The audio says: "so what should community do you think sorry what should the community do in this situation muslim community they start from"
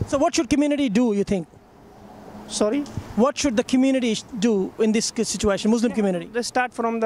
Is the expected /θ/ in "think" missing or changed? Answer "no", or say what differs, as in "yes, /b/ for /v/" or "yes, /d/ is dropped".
yes, /t/ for /θ/